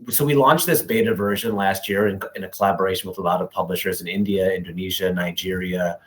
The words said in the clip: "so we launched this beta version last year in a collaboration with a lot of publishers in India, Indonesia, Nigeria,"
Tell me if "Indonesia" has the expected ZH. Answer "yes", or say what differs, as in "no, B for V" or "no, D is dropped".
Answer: yes